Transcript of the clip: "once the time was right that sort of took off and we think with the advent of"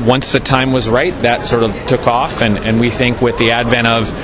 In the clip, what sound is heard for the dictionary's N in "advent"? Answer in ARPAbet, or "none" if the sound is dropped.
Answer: none